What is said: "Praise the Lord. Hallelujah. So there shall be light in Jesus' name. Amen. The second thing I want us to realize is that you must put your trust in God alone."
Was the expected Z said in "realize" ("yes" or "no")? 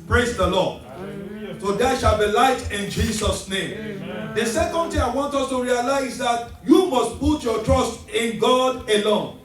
no